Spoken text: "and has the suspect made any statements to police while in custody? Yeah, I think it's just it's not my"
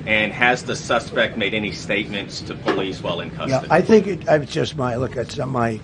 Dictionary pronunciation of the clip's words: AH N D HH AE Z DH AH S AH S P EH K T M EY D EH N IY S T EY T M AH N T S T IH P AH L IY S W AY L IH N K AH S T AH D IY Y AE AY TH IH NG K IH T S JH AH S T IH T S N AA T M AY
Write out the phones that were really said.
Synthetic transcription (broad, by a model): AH N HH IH Z DH AH S AH S P EH K T M EY D EH N IY S T EY T M AH N T S T IH P AH L IY S W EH L IH N K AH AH Y AE AY TH IH NG K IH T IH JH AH S T IH T S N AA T M AY